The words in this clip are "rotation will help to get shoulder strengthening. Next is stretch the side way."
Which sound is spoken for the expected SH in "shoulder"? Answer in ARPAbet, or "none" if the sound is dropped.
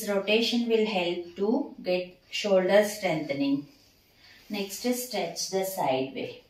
SH